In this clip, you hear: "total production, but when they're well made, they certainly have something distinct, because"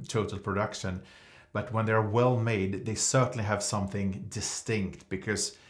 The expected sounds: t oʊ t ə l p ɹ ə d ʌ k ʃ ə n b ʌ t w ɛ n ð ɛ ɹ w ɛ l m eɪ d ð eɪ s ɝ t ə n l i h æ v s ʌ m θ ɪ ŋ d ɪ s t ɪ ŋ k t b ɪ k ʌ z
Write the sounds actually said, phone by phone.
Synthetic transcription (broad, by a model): t oʊ t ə l p ɹ ə d ʌ k ʃ ə n b ʌ t w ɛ n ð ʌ ɹ w ɛ l m eɪ d ð eɪ s ɝ t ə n l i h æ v s ʌ m θ ɪ ŋ d ɪ s t ɪ ŋ k t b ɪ k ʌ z